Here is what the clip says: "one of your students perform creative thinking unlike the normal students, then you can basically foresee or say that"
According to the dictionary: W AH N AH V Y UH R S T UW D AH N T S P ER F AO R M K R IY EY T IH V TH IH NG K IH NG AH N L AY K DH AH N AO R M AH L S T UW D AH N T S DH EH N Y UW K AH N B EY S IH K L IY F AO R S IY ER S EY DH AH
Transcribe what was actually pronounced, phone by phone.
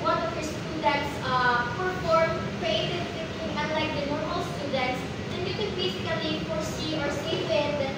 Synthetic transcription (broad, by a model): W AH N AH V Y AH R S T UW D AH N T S P ER F AO R M K R IY EY T IH V S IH K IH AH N L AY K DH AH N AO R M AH L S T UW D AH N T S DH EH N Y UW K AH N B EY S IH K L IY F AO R S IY ER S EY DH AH